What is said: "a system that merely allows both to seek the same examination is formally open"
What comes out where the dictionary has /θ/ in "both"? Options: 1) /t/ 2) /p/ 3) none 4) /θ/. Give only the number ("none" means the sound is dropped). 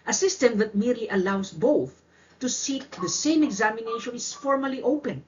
4